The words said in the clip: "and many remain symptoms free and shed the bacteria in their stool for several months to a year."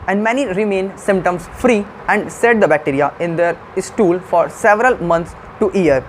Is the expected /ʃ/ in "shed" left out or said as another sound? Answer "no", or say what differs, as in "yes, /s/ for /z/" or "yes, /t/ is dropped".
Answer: yes, /s/ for /ʃ/